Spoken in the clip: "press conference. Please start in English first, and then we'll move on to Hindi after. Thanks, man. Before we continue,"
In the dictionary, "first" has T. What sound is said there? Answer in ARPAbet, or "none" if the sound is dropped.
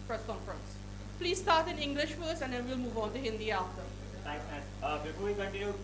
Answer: none